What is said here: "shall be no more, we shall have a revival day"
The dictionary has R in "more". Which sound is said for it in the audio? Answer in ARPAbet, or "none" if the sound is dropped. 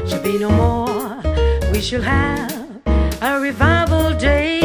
R